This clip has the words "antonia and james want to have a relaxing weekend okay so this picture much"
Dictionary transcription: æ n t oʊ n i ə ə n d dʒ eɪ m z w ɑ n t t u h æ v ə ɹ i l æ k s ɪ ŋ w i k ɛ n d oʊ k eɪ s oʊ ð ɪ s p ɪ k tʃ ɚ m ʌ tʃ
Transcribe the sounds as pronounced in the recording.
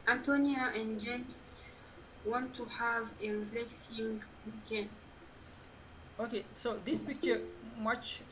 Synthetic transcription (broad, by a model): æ n t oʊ n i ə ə n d dʒ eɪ m s w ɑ n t t u h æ v ə ɹ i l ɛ k s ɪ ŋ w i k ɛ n oʊ k eɪ s oʊ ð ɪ s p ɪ k tʃ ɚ m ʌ tʃ